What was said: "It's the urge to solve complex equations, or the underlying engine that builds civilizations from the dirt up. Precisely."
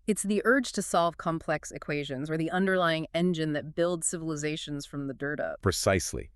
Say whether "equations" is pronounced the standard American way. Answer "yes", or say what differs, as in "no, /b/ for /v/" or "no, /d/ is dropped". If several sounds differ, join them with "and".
yes